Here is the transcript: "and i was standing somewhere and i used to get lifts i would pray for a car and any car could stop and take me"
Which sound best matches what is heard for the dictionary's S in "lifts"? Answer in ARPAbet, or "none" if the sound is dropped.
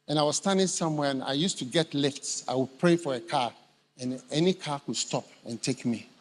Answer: S